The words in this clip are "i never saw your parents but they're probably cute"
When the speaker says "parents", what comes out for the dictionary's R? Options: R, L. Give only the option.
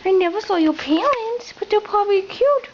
L